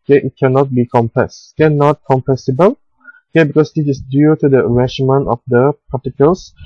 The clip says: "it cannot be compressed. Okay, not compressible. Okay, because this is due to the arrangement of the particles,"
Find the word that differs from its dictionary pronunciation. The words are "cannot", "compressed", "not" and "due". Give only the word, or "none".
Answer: compressed